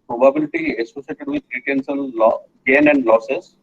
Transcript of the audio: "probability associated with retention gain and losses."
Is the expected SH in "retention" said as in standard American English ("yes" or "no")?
no